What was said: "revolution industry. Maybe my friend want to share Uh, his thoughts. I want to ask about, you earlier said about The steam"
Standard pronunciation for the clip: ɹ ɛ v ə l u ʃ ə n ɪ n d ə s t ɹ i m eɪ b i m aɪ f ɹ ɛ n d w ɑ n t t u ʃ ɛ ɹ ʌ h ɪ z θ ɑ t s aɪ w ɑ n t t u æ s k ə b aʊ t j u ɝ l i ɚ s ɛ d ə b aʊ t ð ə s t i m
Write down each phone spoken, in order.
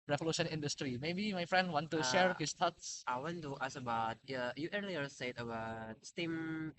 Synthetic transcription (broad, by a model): ɹ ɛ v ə l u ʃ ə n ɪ n d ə s t ɹ i m eɪ b i m aɪ f ɹ ɛ n d w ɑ n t t u ʃ ɛ ɹ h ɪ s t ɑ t s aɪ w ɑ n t t u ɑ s ə b aʊ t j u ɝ l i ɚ s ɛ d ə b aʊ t s t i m